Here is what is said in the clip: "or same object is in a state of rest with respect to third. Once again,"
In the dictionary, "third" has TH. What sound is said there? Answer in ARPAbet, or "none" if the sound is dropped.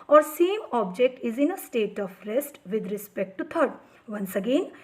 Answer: T